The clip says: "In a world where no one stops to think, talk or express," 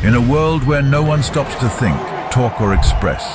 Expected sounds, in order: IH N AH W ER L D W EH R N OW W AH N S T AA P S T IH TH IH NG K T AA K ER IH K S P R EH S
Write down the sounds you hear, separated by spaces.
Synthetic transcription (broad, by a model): IH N AH W ER L D W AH R N OW W AH N S T AA P S T IH TH IH NG K T AA K ER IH K S P R EH S